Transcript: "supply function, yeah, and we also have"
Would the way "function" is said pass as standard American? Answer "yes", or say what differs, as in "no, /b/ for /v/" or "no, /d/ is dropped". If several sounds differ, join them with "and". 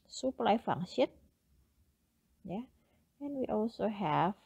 no, /k/ is dropped